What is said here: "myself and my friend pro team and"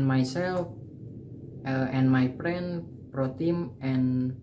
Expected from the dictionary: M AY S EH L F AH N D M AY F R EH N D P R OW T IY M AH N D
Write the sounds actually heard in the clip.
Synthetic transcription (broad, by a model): M AY S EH L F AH N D M AY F R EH N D P R OW T IY M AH N